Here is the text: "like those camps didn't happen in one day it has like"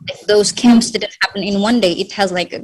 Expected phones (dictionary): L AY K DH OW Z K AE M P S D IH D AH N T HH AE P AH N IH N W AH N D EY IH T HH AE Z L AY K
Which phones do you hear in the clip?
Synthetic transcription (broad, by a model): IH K DH OW Z K AE M P S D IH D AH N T HH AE P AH N IH N W AH N D EY IH T HH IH Z L AY K